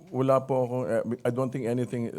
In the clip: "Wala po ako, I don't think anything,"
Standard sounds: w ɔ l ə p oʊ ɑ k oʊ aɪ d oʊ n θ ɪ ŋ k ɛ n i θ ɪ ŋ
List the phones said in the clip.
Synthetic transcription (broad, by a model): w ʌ l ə p oʊ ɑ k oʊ aɪ d oʊ n t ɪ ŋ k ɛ n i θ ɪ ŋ